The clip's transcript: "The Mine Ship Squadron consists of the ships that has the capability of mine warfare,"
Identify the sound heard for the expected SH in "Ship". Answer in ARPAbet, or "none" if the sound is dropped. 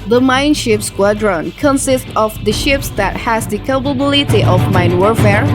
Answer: SH